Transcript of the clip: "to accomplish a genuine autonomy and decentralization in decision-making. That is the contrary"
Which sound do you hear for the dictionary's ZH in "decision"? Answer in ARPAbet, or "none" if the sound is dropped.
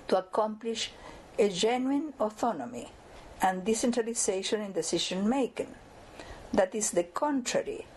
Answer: SH